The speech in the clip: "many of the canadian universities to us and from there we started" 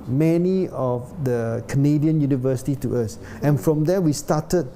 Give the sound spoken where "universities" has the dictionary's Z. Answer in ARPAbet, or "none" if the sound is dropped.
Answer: none